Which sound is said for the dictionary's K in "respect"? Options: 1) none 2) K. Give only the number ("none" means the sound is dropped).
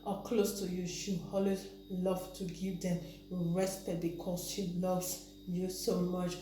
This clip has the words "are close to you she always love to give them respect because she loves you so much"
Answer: 1